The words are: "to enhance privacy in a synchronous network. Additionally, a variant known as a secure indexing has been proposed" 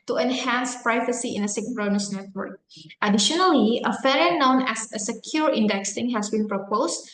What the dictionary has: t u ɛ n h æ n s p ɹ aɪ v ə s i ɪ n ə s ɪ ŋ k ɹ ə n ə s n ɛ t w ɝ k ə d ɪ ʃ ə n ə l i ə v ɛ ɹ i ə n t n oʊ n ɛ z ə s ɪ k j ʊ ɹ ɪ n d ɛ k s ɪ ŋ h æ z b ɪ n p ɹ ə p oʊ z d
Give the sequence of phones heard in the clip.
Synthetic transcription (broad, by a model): t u ɛ n h æ n s p ɹ aɪ v ə s i ɪ n ə s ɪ k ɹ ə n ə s n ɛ t w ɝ k ə d ɪ ʃ ə n ə l i ə f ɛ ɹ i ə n n oʊ n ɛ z ə s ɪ k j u ɹ ɪ n d ɛ k s ɪ ŋ h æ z b ɪ n p ɹ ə p oʊ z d